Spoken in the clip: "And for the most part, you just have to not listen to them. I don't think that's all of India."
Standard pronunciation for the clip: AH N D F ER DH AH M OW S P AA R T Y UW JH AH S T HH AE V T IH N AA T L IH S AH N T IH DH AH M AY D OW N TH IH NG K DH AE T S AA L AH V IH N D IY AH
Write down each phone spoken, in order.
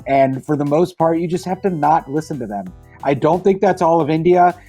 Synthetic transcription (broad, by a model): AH N F ER DH AH M OW S P AA R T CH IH JH AH S T HH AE F T IH N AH T L IH S AH N T IH DH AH M AY D OW N TH IH NG K DH AE T S AA L AH V IH N D IY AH